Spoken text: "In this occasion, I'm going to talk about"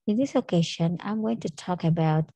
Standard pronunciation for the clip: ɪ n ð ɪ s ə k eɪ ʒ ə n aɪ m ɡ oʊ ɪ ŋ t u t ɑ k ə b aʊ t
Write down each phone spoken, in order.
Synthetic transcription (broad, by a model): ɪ n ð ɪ s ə k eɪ ʃ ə n aɪ m ɡ oʊ ɪ ŋ t u t ɑ k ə b aʊ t